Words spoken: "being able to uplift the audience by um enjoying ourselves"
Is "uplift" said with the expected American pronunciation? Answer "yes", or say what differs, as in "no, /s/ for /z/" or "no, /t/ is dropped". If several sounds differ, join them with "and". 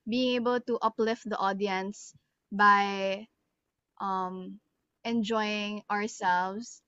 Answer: yes